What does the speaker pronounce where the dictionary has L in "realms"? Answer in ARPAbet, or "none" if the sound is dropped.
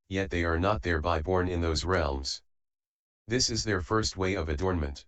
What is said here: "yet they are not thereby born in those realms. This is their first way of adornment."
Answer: L